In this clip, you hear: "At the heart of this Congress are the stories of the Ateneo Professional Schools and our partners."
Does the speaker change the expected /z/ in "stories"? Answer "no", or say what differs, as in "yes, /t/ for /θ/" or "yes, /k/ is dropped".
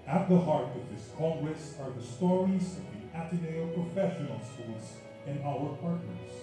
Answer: no